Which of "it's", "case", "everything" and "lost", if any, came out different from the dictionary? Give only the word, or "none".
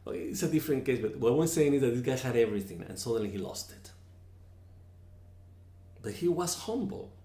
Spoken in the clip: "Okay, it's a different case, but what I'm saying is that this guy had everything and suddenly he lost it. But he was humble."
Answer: none